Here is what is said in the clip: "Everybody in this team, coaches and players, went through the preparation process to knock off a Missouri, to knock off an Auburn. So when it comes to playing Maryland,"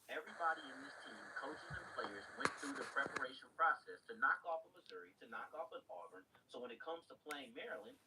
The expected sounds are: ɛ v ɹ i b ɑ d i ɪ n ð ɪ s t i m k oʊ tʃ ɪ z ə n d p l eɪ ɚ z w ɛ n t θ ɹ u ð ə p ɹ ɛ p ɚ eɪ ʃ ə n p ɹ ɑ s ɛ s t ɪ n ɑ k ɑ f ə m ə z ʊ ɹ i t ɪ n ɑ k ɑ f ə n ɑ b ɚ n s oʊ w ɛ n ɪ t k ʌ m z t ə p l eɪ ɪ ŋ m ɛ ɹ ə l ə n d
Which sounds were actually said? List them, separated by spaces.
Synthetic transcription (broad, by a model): ɛ v ɹ i b ɑ d i ɪ n ð ɪ s t i m k oʊ tʃ ɪ z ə n p l eɪ ɚ z w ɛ n θ ɹ u ð ə p ɹ ɛ p ɚ eɪ ʃ ə n p ɹ ɑ s ɛ s t ɪ n ɑ k ɑ f ə m ə z ʊ ɹ i t ɪ n ɑ k ɑ f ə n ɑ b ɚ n s oʊ w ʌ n ɪ t k ʌ m z t ə p l eɪ ɪ ŋ m ɛ ɹ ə l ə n